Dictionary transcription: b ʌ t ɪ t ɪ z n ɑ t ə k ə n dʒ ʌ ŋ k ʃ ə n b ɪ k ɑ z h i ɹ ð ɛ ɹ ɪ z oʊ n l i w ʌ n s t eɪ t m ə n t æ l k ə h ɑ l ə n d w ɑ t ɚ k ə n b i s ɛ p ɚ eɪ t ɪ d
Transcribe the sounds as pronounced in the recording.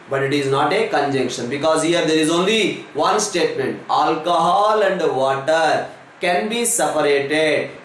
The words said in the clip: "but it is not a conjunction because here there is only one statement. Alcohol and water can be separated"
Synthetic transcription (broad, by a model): b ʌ t ɪ t ɪ z n ɑ t ə k ə n dʒ ʌ ŋ k ʃ ə n b ɪ k ɑ z h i ɹ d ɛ ɹ ɪ z oʊ n l i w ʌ n s t eɪ t m ə n t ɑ l k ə h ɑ l ə n d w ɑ t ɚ k ə n b i s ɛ p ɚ eɪ t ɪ d